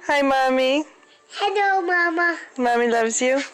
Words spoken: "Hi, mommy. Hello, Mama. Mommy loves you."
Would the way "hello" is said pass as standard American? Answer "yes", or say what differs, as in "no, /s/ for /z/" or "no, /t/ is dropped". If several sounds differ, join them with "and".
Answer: no, /n/ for /l/